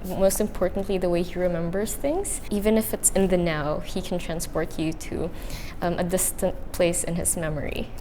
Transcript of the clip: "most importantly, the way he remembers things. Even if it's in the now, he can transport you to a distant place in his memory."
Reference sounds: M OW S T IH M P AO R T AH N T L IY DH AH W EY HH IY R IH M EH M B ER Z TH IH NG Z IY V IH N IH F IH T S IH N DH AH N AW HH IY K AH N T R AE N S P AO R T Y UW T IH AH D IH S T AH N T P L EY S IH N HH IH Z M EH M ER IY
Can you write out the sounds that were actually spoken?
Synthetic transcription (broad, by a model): M OW S T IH M P AO R T N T L IY DH AH W EY HH IY R IH M EH M B ER Z TH IH NG Z IY V IH N IH F IH T S IH N DH AH N AW HH IY K N T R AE N S P AO R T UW T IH AH D IH S T AH N T P L EY S IH N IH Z M EH M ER IY